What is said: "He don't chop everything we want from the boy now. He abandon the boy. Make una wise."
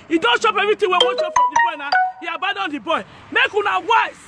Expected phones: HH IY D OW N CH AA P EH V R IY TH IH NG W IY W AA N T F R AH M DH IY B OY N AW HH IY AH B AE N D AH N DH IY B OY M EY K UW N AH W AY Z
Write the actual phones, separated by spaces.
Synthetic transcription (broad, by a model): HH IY D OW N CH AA P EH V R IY T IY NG W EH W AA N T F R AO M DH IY B OY N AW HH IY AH B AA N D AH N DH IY B OY M EY K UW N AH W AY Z